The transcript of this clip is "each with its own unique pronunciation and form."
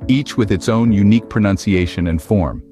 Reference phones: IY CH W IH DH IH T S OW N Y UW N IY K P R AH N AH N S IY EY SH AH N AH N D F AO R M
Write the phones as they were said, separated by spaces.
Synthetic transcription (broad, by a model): IY CH W IH DH IH T S OW N Y UW N IY K P R AH N AH N S IY EY SH AH N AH N F AO R M